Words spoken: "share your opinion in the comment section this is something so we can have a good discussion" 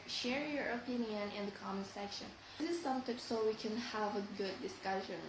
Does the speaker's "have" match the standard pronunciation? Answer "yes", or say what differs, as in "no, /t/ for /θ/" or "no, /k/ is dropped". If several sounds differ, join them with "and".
yes